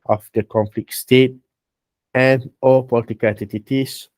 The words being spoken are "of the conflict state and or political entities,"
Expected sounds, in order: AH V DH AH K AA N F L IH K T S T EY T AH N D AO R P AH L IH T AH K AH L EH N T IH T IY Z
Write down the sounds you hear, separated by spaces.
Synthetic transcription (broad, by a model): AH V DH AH K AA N F L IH K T S T EY T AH N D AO L P AH L IH T AH K AH L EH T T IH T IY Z